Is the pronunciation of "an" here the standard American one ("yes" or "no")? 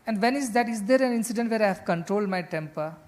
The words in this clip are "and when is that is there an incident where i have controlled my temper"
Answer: yes